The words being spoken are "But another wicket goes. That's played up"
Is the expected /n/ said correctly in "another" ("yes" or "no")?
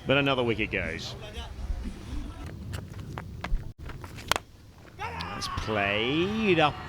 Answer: yes